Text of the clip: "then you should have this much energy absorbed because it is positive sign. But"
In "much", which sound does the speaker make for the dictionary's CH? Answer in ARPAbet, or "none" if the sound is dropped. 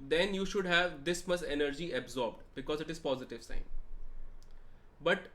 S